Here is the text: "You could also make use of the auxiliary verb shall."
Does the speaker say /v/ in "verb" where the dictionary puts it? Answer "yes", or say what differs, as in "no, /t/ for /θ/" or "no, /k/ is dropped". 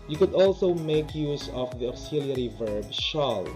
yes